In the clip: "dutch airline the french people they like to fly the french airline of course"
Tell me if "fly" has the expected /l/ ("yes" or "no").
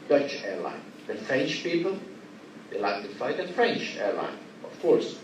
no